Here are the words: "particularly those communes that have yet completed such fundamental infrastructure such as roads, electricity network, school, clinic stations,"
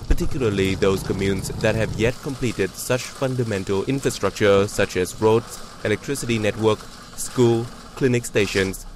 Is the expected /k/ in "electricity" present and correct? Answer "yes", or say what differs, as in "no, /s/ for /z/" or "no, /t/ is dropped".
yes